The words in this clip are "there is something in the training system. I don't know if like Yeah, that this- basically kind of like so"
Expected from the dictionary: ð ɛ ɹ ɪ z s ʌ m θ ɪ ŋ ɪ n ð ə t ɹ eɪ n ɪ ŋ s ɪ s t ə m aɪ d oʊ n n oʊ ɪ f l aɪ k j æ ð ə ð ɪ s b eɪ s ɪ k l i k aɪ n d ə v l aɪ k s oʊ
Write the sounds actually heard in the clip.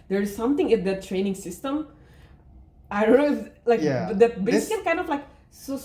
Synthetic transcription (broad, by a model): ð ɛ ɹ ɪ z s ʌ m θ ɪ ŋ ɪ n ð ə t ɹ eɪ n ɪ ŋ s ɪ s t ə m aɪ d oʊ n n oʊ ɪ l aɪ k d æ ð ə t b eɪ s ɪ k i k aɪ n d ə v l aɪ k s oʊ